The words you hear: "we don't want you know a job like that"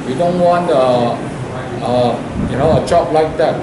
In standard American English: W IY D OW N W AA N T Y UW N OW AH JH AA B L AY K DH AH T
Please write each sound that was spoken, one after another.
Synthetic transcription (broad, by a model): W IY D OW N W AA N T Y UW N OW AH CH AA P L AY K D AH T